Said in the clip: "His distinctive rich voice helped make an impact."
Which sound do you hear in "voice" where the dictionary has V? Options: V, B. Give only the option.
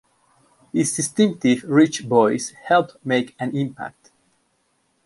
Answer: B